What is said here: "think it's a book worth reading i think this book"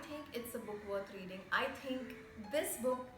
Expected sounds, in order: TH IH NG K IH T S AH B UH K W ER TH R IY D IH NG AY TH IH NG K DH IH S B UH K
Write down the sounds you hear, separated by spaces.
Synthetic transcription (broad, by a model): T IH NG K IH T S AH B UH K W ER T R IY D IH NG AY T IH NG K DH IH S B UH K